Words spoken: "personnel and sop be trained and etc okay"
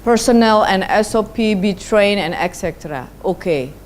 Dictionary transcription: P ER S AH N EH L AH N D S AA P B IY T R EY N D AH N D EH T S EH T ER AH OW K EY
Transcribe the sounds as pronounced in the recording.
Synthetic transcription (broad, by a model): P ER S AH N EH L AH N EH S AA P B IY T R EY N AH N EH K S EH T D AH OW K EY